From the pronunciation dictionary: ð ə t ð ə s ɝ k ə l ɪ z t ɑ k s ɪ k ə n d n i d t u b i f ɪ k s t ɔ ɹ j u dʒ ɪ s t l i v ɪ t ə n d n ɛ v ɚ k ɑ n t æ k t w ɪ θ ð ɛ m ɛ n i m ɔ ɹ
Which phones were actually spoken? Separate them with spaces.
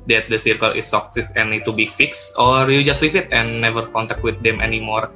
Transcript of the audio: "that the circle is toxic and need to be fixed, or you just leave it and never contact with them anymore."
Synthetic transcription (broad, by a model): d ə t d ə s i k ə l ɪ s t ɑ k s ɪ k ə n n i d t u b i f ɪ k s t ɔ ɹ j u dʒ ɪ s t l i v ɪ t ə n n ɛ v ɚ k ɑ n t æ k t w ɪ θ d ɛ m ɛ n i m ɔ ɹ